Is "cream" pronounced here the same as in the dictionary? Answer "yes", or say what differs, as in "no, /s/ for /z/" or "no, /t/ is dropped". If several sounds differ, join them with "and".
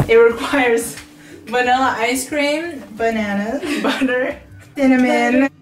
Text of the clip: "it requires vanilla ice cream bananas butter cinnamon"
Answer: yes